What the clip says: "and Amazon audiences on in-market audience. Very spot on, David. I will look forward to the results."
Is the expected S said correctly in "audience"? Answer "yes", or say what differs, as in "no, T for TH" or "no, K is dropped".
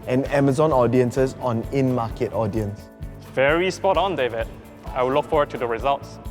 yes